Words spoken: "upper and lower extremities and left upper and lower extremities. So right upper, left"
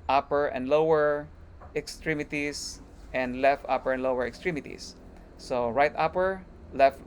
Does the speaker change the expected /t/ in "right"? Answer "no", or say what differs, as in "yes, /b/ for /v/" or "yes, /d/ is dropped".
no